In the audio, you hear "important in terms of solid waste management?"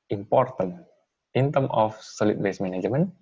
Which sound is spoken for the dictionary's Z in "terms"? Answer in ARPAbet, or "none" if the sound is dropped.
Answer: none